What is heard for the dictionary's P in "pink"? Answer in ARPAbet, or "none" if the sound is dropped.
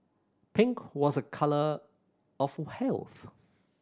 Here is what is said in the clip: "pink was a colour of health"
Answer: P